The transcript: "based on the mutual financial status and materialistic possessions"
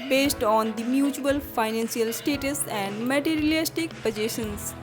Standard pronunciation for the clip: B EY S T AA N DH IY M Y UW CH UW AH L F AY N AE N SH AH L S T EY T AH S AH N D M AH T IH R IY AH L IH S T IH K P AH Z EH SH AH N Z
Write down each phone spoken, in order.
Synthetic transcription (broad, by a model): B EY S T AA N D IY M Y UW CH UW AH L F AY N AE N S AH L S T EY T AH S AH N D M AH T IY R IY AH L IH S T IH K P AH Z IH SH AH N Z